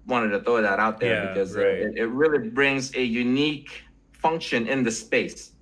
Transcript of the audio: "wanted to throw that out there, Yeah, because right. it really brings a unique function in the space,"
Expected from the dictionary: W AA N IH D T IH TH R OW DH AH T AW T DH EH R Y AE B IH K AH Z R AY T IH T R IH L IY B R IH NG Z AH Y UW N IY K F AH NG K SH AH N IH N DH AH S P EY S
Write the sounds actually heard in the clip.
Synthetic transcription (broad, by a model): W AA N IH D T IH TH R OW DH AH T AW T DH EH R B IH K AH Z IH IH T IH T R IH L IY B R IH NG Z AH Y UW N IY K F AH NG K SH AH N IH N DH AH S P EY S